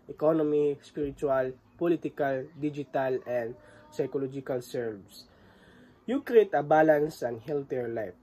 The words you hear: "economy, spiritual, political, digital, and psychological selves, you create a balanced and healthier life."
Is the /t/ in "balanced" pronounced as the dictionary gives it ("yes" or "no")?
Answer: no